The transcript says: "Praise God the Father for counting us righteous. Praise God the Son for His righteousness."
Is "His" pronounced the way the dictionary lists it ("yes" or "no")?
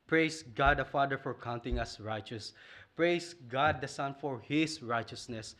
no